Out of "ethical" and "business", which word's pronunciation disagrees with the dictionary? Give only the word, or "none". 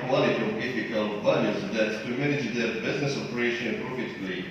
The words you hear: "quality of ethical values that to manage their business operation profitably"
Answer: ethical